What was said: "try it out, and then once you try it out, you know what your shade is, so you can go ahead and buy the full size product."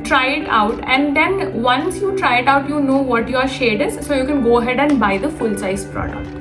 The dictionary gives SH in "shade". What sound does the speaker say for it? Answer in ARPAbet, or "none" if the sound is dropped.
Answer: SH